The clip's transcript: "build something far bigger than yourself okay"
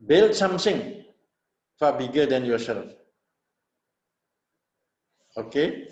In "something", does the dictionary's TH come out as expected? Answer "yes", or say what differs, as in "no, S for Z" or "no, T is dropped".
no, S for TH